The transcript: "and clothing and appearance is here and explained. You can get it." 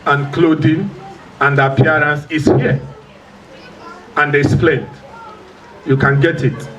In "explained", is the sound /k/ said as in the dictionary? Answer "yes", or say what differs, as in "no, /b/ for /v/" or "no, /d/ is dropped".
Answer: no, /k/ is dropped